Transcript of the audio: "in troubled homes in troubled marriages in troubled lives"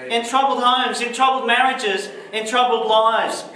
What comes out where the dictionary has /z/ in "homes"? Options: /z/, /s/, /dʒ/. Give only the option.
/z/